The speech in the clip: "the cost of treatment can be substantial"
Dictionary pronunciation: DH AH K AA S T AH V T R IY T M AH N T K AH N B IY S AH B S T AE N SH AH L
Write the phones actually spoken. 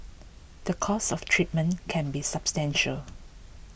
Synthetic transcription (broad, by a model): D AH K AA S AH F T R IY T M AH N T K AH N B IY S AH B S T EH N SH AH L